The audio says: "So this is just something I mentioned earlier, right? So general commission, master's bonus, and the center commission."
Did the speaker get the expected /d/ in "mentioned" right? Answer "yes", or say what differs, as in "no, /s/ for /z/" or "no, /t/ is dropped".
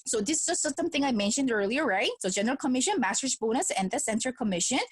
yes